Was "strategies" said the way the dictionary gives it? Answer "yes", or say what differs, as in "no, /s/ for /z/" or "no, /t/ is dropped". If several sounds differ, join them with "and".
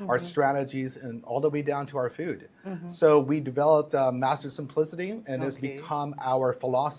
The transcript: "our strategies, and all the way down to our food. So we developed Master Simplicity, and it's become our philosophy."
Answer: yes